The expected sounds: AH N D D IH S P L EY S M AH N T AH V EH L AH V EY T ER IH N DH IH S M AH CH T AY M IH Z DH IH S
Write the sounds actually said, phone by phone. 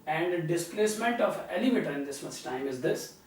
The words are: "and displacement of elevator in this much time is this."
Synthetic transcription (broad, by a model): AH N D D IH S P L EY S M AH N T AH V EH L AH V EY T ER IH N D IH S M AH S T AY M IH Z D IH S